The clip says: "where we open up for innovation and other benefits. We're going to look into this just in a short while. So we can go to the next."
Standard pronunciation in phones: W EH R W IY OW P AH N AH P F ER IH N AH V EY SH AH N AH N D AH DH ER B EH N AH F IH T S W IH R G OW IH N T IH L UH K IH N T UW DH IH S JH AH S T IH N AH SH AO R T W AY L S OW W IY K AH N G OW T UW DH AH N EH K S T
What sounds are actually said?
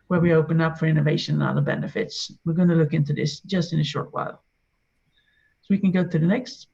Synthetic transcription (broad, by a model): W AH R W IY OW P AH N AH P F ER IH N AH V EY SH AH N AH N AH DH ER B EH N AH F IH T S W IH R G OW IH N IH L UH K IH N T UW DH IH S JH AH S T IH N AH SH AO R T W AY L S OW W IY K AH N G OW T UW DH AH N EH K S T